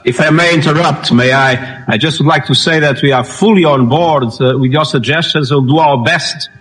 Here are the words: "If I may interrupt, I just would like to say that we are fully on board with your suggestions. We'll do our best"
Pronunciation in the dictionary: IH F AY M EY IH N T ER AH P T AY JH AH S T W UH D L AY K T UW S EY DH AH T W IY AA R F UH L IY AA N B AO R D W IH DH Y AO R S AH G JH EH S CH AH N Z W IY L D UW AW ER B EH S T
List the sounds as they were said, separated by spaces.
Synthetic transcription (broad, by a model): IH F AY M EY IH N T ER AH P T AY JH AH S T W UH D L AY K T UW S EY DH AH T W IY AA R F UH L IY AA N B AO R D W IH DH Y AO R S AH G JH EH S CH AH N Z W IY L D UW AW ER B EH S T